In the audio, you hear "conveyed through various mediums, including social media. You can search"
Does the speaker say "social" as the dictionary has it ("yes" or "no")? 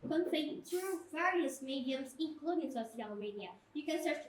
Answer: no